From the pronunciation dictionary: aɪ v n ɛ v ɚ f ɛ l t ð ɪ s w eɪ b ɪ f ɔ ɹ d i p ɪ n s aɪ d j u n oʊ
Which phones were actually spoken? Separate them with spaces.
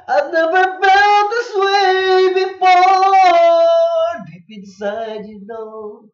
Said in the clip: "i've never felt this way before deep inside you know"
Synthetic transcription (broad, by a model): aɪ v n ɛ v ɚ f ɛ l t ð ɪ s w eɪ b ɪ f ɔ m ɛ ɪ b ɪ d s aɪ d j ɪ n oʊ